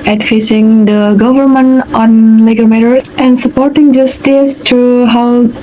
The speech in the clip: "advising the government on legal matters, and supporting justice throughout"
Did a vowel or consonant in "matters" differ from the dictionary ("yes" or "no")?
yes